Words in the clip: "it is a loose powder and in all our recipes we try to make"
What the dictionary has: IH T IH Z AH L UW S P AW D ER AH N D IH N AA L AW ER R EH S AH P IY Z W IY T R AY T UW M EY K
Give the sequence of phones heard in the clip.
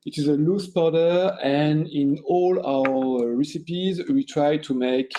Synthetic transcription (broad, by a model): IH T IH Z AH L UW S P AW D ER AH N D IH N AA L AW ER R EH S AH P IY Z W IY T R AY T UW M EY K